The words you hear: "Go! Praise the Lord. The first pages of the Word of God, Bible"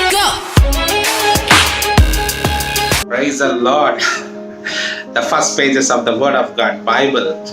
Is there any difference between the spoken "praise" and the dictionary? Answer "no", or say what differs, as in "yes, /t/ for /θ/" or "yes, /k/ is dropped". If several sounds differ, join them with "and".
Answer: no